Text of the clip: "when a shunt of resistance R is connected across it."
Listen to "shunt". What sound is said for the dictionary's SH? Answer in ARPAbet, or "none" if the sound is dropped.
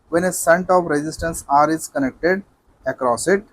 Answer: S